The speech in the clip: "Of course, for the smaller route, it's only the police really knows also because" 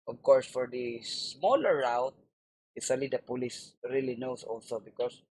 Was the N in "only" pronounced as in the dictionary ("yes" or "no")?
no